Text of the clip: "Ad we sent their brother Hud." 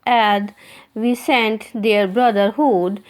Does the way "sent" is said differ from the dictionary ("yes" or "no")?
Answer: no